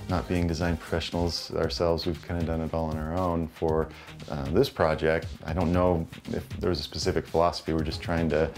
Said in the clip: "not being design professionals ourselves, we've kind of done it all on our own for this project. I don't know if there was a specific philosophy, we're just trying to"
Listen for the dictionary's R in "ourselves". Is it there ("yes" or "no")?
yes